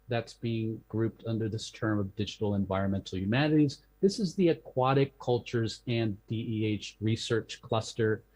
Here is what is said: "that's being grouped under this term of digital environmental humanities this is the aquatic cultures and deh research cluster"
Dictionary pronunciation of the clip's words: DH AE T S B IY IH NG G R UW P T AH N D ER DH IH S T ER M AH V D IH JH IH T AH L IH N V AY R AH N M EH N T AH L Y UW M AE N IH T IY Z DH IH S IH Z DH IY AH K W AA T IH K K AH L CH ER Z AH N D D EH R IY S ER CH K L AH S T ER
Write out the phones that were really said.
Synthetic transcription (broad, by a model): DH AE T S B IY IH NG G R UW P T AH N D ER DH IH S T ER M AH V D IH JH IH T L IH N V AY R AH N M EH N T L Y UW M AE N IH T IY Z DH IH S IH Z DH IY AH K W AA T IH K K AH L CH ER Z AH N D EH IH R IY S ER CH K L AH S T ER